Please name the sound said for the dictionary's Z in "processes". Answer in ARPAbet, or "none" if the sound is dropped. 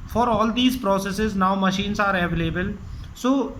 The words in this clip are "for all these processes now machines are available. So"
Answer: Z